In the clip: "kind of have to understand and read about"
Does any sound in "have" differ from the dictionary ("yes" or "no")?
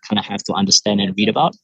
yes